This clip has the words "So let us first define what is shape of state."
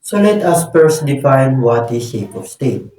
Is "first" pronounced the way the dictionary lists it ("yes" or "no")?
no